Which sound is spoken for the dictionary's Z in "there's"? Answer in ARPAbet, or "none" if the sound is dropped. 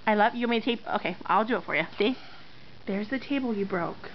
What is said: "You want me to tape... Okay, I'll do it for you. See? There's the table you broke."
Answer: Z